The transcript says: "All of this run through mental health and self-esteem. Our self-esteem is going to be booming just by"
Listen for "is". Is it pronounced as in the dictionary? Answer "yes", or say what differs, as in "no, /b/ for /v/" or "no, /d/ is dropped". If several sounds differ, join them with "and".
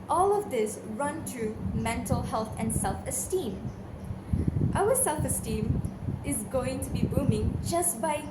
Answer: yes